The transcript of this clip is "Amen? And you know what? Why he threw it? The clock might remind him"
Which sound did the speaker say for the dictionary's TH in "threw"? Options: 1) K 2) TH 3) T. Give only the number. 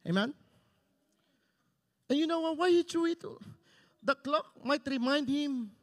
3